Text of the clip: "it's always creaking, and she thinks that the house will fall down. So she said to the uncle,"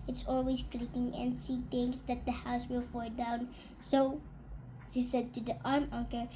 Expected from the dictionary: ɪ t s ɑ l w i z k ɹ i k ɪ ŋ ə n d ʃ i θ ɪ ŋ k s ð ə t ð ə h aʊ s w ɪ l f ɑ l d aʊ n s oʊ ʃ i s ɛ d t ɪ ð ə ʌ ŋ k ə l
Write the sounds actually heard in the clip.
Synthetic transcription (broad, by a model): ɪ t s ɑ l w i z k ɹ i k ɪ ŋ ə n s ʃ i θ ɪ ŋ s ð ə t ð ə h aʊ s w ɪ l f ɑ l d aʊ n s oʊ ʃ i s ɛ d t ɪ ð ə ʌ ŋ k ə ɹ